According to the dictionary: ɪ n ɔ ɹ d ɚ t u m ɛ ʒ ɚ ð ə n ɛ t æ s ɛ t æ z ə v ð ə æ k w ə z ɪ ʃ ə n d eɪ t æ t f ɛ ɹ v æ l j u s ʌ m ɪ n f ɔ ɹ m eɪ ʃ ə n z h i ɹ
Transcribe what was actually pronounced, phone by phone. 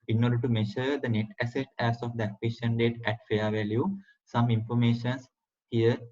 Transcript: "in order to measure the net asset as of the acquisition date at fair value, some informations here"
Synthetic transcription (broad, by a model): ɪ n ɔ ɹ d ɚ t u m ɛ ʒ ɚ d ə n ɛ t æ s ɛ t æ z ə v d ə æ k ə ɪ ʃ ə n d eɪ t æ t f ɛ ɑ v æ l j u s ʌ m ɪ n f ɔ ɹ m eɪ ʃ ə n s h i ɹ